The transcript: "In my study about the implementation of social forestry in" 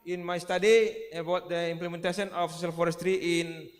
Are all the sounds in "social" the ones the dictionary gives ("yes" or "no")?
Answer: no